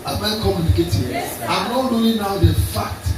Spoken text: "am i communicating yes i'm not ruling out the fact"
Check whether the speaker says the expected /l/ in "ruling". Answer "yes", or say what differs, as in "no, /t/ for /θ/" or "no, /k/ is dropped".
no, /l/ is dropped